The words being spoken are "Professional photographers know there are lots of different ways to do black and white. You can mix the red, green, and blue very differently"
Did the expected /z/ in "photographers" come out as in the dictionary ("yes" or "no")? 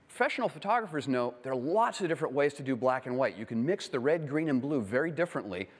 yes